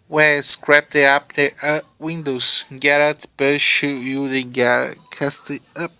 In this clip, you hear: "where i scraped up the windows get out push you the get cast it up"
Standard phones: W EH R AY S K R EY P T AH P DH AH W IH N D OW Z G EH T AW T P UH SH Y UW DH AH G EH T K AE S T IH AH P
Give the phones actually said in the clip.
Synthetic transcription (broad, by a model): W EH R S K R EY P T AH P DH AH W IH N D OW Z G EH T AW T B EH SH Y UW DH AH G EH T K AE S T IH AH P